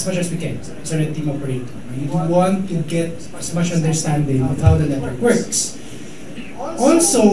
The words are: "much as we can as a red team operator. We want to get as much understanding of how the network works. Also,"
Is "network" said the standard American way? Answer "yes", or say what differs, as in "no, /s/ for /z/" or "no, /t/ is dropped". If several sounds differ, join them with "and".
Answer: no, /l/ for /n/